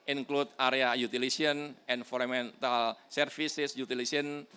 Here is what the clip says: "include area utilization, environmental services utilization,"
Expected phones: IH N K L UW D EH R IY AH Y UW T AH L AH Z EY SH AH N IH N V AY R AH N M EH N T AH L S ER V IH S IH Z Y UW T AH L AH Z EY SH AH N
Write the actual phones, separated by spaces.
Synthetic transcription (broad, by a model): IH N K L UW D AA R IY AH Y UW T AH L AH S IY AH N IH N F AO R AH M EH N T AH L S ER F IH S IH S Y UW T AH L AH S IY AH N